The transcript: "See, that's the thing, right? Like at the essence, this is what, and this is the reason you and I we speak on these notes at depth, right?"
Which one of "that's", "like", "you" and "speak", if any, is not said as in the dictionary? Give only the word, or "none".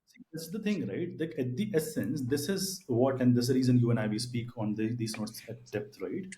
that's